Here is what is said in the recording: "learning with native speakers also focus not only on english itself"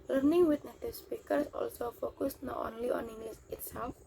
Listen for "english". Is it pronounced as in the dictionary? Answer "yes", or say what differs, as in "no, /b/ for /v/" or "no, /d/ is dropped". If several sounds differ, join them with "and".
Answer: no, /s/ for /ʃ/